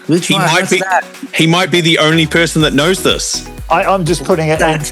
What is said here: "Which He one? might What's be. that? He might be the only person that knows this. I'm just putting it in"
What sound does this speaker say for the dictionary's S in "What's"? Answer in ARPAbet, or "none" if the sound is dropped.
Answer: none